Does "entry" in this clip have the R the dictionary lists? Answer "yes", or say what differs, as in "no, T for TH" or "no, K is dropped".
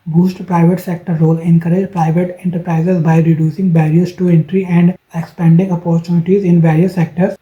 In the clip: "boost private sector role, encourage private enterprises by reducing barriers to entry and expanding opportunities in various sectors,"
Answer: yes